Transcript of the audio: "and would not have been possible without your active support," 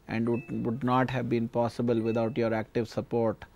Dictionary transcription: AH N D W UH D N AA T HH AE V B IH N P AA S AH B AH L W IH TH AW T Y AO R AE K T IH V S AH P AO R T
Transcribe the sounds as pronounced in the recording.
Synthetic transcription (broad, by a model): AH N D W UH D N AA T HH AE V B IH N P AA S AH B AH L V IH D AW T Y AO R AE K T IH V S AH P AO R T